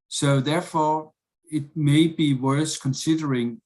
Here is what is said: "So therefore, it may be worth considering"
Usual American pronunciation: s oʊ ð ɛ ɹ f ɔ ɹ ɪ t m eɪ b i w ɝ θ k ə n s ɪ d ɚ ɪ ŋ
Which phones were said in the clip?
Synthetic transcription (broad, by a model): s oʊ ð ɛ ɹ f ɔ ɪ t m eɪ b i w ɝ s k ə n s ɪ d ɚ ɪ ŋ